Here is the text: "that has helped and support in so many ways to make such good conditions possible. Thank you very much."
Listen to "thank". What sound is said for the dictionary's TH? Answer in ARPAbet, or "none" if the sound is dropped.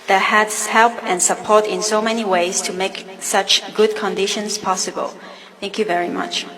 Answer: TH